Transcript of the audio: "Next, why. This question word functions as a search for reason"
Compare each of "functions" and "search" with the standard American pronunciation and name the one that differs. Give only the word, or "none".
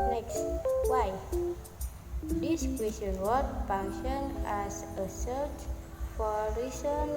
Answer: functions